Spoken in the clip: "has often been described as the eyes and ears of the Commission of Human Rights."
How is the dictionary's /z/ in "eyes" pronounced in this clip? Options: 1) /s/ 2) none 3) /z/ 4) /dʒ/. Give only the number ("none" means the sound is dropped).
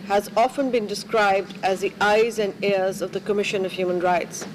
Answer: 3